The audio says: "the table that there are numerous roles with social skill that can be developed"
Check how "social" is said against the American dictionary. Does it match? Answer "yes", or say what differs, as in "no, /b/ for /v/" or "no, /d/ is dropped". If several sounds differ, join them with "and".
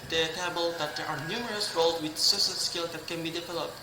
no, /s/ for /ʃ/